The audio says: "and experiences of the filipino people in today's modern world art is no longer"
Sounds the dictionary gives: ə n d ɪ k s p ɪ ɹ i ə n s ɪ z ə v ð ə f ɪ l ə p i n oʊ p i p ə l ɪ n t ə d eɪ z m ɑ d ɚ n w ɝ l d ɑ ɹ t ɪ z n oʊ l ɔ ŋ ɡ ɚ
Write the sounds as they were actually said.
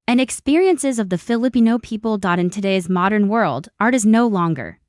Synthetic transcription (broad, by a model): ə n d ɪ k s p ɪ ɹ i ə n s ɪ z ə v ð ə f ɪ l ə p i n oʊ p i p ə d ɪ n t ə d eɪ z m ɑ d ɚ n w ɝ l d ɑ ɹ t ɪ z n oʊ l ɔ ŋ ɡ ɚ